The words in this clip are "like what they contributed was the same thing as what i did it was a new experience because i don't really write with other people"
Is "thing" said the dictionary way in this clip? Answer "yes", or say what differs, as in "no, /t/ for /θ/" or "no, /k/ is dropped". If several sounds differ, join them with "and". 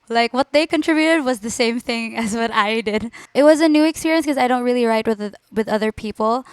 yes